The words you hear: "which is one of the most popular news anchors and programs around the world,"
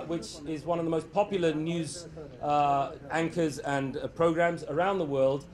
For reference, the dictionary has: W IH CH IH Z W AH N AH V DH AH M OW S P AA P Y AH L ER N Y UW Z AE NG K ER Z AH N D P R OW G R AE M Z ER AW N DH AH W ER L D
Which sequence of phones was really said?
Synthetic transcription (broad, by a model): W IH CH IH Z W AH N AH V DH AH M OW S P AA P Y L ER N Y UW Z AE NG K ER Z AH N P R OW G R AE M Z ER AW N DH AH W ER L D